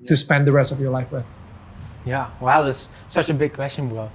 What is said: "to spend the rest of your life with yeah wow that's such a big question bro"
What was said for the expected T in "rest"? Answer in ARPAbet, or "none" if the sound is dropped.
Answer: T